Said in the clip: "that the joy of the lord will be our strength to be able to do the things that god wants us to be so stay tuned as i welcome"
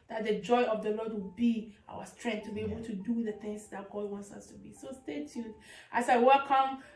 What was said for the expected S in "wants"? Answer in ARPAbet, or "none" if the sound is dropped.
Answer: S